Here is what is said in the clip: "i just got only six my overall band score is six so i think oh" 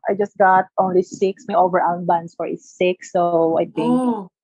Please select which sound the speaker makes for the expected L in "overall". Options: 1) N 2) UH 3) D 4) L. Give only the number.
1